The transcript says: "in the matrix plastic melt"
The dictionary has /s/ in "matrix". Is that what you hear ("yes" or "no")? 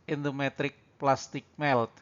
no